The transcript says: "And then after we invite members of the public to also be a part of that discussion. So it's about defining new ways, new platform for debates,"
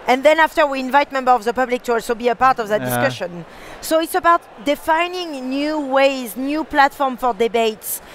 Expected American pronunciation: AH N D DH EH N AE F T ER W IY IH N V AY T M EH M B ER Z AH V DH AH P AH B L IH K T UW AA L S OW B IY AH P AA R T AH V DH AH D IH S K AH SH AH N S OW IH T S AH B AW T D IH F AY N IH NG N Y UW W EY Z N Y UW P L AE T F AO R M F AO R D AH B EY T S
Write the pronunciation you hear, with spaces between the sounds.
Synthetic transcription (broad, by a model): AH N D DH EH N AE F T ER W IY IH N V AY T M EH M B ER AH V DH AH P AH B L IH K T UW AA L S OW B IY AH P AA R T AH V DH AH D IH S K AH SH AH N S OW IH T S AH B AW T D IH F AY N IH NG N Y UW W EY Z N Y UW P L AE T F AO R M F AO R D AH B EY T S